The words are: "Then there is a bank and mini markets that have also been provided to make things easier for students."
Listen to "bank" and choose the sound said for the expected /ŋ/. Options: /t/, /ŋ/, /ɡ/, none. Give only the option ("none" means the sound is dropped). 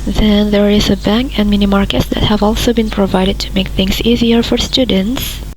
/ŋ/